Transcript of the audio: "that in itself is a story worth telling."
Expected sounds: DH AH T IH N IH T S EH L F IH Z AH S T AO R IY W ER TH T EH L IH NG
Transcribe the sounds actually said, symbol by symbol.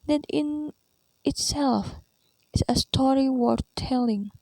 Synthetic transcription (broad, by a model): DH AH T IH N IH T S EH L F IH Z AH S T AO R IY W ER T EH L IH NG